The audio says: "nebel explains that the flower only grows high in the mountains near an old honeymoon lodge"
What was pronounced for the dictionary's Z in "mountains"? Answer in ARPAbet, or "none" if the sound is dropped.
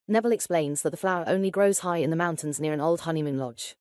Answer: Z